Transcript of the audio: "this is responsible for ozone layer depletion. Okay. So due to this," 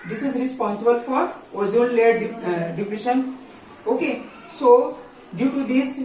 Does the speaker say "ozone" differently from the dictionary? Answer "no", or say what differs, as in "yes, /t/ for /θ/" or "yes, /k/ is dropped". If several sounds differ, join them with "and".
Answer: yes, /l/ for /n/